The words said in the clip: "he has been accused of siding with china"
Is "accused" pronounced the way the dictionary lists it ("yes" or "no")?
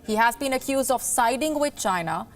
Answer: yes